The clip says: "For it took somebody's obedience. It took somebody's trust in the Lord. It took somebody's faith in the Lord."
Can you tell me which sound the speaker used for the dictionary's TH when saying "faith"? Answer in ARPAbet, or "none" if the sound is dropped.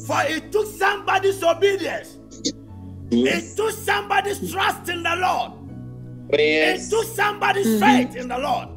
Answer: T